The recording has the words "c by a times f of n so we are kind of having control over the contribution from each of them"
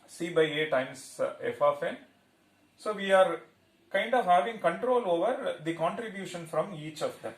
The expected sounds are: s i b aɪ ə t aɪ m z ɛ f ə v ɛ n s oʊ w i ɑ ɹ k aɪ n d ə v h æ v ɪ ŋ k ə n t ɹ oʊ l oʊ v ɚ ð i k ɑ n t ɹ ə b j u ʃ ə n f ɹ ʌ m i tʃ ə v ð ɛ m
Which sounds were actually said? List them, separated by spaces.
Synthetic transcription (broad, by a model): s i b aɪ ə t aɪ m s ɛ f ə f ɛ n s oʊ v i ɑ ɹ k aɪ n d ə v h æ v ɪ ŋ k ə n t ɹ oʊ l oʊ v ɚ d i k ɑ n t ɹ ə b j u ʃ ə n f ɹ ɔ m i tʃ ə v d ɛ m